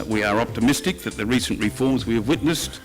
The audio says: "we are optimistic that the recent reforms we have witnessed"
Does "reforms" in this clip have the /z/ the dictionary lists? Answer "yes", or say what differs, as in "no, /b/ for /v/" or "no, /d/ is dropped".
yes